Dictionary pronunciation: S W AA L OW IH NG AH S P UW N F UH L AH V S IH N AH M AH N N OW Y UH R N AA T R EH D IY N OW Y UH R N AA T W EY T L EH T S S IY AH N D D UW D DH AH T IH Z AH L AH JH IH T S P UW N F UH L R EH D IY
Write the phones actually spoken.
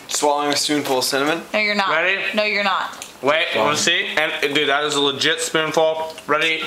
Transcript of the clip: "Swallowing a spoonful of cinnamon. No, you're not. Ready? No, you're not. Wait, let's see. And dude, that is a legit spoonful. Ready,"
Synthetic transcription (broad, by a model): S W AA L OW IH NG AH S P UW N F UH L S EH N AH M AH N N OW Y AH R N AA R EH D IY N OW Y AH R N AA T W EY T W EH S S IY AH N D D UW DH AH T IH Z AH L AH JH IH T S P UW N F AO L R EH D IY